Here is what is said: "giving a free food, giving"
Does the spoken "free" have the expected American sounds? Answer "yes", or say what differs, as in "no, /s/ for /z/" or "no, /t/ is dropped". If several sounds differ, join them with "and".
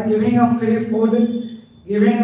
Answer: no, /ɹ/ is dropped